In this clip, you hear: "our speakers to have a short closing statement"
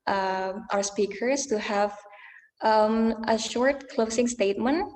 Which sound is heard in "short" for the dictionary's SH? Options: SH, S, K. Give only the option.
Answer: SH